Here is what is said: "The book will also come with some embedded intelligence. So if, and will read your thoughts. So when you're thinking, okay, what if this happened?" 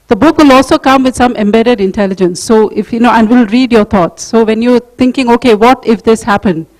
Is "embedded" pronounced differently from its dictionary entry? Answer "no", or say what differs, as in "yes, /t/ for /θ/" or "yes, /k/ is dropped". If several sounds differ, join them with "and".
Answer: no